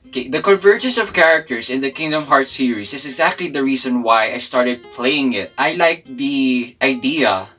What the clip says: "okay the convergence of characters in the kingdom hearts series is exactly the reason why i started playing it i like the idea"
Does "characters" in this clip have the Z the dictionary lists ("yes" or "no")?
no